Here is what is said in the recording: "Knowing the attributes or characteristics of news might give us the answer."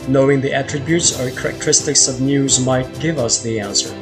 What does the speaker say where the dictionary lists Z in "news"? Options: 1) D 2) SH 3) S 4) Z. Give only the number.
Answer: 4